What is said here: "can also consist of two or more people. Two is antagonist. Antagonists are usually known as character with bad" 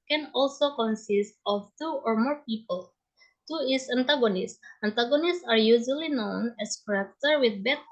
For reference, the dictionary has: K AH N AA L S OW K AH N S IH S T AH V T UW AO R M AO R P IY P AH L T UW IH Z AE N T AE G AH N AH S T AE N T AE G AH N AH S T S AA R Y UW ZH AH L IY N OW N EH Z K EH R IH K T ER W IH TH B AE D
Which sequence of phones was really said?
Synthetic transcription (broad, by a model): K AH N AA L S OW K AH N S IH S T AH F T UW AO R M AO R P IY P AH L T UW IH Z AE N T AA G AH N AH S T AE N T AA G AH N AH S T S AA R Y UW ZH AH L IY N OW N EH S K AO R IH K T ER W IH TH B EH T